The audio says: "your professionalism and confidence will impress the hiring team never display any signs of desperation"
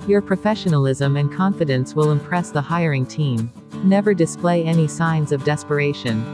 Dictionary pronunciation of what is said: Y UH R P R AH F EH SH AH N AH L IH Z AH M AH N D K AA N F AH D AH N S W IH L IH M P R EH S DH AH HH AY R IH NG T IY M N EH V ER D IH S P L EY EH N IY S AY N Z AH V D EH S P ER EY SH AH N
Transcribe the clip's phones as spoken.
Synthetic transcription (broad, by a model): Y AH R P R AH F EH SH AH N AH L IH Z AH M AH N K AA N F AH D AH N S W IH L IH M P R EH S DH AH HH AY R IH NG T IY M N EH V ER D IH S P L EY EH N IY S AY N Z AH V D EH S P ER EY SH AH N